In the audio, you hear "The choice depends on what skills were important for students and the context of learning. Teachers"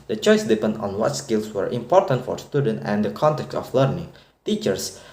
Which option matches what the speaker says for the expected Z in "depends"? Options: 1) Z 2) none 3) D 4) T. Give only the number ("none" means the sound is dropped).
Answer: 2